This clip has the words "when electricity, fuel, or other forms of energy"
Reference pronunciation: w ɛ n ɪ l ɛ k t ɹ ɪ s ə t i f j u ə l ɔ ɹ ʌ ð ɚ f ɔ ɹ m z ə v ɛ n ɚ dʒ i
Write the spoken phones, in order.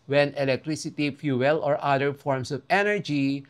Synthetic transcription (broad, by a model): w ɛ n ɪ l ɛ k t ɹ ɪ s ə t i f j u ə l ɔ ɹ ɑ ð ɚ f ɔ ɹ m s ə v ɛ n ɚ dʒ i